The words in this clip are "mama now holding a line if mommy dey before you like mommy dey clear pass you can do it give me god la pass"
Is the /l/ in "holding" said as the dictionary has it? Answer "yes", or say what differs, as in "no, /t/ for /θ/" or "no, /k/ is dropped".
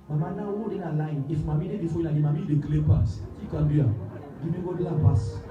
no, /l/ is dropped